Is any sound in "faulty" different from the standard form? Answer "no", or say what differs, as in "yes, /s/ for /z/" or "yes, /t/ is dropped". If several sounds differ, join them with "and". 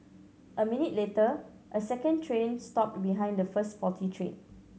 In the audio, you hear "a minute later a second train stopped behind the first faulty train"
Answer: yes, /l/ is dropped